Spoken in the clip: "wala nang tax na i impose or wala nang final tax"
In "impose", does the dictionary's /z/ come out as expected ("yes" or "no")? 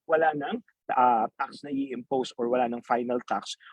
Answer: no